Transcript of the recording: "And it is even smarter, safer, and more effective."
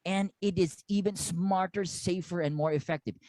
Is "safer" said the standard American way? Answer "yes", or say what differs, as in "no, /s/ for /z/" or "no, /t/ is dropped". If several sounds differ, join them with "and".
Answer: yes